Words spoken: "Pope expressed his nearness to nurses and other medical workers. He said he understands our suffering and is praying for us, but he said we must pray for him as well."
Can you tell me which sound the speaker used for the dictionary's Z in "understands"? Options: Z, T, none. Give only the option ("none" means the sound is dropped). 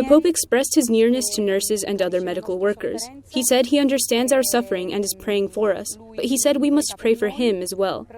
Z